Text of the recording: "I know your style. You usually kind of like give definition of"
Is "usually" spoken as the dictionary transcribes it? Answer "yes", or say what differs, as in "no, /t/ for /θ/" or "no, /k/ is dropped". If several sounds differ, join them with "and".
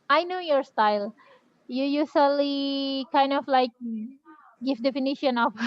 no, /s/ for /ʒ/